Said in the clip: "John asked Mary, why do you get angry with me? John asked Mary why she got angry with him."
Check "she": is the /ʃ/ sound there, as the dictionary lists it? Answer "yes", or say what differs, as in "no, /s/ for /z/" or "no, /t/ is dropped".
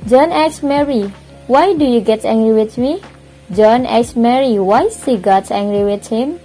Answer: no, /s/ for /ʃ/